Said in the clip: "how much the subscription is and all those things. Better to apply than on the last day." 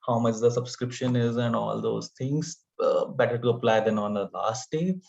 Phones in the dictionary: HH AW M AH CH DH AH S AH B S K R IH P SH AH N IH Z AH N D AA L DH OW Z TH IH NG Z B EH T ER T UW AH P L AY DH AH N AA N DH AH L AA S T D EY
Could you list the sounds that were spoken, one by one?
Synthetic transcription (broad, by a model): HH AW M AH CH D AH S AH B S K R IH P SH AH N IH Z AH N D AA L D OW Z T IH NG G B EH T ER T UW AH P L AY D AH N AA N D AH L AA S T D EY